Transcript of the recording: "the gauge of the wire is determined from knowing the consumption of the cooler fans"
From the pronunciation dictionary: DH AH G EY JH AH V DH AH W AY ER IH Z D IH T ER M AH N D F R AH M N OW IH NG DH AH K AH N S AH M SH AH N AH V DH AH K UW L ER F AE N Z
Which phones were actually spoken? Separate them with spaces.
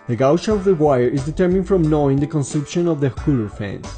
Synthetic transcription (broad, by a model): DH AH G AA SH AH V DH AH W AY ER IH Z D IH T ER M AH N D F R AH M N OW IH NG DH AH K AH N S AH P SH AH N AH V DH AH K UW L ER F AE N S